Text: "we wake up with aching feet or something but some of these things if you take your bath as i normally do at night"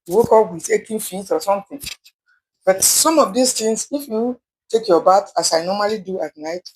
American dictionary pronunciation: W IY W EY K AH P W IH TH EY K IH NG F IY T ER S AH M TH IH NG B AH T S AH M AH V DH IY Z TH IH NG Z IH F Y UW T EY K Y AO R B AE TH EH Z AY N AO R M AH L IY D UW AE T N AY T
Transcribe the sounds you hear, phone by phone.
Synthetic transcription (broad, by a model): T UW W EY K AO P W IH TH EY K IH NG F IY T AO S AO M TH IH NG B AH T S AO M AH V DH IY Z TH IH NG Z IH F Y UW T EY K Y AO B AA T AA S AY N AO M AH L IY D UW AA T N AY T